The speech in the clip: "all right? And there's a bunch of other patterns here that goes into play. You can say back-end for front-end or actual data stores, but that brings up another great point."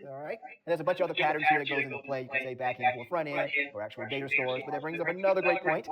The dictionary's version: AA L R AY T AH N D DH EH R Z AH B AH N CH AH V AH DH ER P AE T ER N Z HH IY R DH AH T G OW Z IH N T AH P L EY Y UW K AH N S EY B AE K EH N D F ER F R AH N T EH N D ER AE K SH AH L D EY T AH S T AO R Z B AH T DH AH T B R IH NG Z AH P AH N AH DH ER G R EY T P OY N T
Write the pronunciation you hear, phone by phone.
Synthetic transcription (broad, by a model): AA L R AY T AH N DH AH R Z AH B AH N CH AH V AH DH ER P AE T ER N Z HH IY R DH AH T G OW Z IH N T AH P L EY Y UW K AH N S EY B AE K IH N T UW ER F R AH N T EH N ER AE K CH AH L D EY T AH S T AO R Z B AH T DH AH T B R IH NG Z AH P AH N AH DH ER G R EY T P OY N T